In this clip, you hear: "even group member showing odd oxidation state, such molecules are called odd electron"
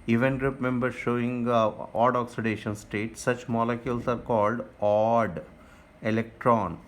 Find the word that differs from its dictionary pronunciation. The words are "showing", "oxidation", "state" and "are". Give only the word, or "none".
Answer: none